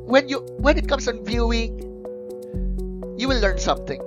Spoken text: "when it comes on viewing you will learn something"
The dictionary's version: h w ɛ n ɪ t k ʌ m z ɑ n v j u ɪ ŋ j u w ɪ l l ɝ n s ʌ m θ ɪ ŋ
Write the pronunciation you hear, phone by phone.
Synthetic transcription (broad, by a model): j w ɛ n ɪ t k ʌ m s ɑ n v j u ɪ ŋ j u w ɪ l l ɝ n s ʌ m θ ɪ ŋ